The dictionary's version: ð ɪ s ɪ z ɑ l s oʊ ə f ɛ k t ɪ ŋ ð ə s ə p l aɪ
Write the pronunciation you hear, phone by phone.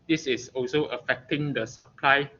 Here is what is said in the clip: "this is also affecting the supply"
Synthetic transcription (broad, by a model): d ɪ s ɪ s ɑ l s oʊ ə f ɛ k t ɪ ŋ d ə s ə p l aɪ